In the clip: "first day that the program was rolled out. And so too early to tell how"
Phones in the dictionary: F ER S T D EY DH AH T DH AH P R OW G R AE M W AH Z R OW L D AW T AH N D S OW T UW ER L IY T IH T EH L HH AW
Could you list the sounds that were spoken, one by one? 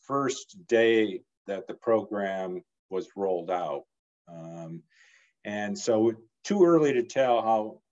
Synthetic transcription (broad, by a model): F ER S D EY DH AH T DH AH P R OW G R AE M W AH Z R OW L D AW T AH N S OW T UW ER L IY T IH T EH L HH AW